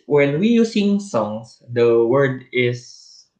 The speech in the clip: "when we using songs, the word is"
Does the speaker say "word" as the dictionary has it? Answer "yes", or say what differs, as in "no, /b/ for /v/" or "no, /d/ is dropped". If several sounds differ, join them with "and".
yes